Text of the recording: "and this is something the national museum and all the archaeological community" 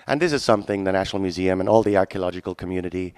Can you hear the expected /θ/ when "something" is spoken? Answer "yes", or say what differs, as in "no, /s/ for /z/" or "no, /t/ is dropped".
yes